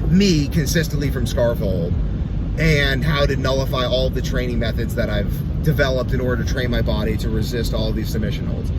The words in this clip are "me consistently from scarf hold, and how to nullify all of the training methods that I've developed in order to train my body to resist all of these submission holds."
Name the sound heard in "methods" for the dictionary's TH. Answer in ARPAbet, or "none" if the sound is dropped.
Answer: TH